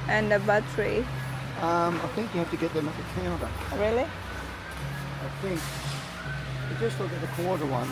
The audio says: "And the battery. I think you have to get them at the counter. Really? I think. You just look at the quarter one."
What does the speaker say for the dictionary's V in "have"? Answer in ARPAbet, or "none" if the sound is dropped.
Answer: F